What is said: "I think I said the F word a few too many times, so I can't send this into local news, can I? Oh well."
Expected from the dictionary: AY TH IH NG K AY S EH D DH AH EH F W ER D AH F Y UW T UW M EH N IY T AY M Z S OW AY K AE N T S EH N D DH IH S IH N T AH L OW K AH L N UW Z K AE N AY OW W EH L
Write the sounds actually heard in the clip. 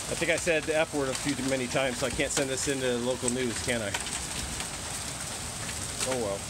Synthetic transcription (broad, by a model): AY TH IH NG K AY S EH D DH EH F W ER D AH F Y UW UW M EH N IY T AY M Z S OW AY K AE N T S EH N D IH S IH N T AH L OW K L N UW Z K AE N AY OW W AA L